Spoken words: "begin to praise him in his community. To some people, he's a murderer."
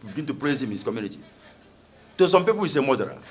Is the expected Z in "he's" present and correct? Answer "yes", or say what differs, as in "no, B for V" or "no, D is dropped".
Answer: no, S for Z